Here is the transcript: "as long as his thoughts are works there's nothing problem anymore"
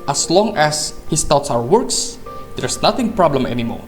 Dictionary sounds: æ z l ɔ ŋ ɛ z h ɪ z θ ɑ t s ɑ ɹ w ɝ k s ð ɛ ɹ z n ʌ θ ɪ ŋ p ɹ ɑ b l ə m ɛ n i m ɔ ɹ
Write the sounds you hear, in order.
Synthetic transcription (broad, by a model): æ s l ɔ ŋ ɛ s h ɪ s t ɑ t s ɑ w w ɝ k s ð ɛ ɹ s n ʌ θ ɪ ŋ p ɹ ɑ b l ə m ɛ n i m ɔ ɹ